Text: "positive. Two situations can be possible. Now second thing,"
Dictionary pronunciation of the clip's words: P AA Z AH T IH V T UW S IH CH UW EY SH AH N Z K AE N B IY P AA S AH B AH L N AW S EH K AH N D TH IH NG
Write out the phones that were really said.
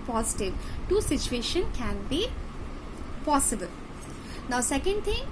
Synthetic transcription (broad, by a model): P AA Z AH T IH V T UW S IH CH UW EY SH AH N K AE N B IY P AA S AH B AH L N AW S EH K AH N D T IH NG